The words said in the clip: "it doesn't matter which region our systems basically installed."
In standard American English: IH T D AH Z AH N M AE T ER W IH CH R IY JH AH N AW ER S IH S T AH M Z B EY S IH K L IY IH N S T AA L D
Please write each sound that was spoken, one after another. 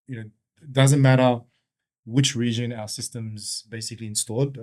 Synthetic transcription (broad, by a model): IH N D AH Z AH N M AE T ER W IH CH R IY JH AH N AW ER S IH S T AH M Z B EY S IH K L IY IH N S T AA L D